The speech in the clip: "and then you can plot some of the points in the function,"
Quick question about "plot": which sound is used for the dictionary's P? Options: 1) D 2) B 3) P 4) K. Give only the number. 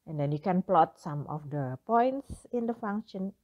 3